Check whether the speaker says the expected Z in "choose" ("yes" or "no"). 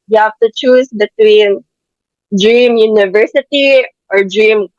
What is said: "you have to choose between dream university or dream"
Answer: no